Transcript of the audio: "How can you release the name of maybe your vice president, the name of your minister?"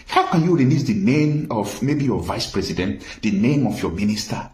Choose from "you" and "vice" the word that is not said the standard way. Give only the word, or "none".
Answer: none